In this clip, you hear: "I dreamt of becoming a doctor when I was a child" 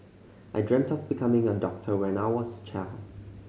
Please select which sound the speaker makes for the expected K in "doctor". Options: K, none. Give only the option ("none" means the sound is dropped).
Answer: K